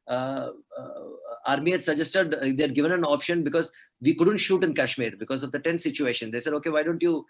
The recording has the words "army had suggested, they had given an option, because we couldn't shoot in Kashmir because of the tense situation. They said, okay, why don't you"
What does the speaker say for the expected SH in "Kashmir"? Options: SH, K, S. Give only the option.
SH